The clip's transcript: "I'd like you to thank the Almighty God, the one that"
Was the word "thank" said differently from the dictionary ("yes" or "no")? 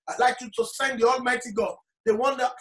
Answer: yes